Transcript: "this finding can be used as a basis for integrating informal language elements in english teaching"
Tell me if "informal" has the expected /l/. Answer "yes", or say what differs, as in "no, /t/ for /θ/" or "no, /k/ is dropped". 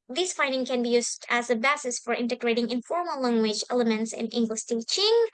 yes